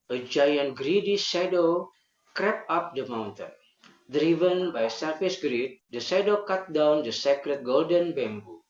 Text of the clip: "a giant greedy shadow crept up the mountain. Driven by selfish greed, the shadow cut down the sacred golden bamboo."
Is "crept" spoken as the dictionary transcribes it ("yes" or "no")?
no